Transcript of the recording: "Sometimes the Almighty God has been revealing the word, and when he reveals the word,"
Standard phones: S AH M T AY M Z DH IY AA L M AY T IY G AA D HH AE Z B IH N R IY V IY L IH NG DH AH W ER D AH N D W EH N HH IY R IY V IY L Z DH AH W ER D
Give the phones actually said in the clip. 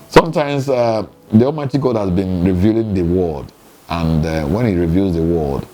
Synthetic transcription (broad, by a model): S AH M T AY M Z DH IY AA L M AY T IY G AA D HH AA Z B IH N R IY V IY L IH NG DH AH W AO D AH N D W EH N HH IY R IY V IY L Z DH AH W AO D